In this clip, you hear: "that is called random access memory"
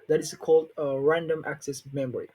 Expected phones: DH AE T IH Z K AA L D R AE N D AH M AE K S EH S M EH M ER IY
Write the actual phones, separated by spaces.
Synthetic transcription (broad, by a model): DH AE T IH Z K AA L D R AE N D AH M AE K S EH S M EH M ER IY